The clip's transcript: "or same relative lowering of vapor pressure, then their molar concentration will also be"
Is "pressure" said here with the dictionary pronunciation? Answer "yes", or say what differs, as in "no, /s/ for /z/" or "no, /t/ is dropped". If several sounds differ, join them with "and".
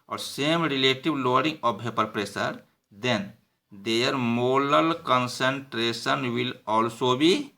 no, /s/ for /ʃ/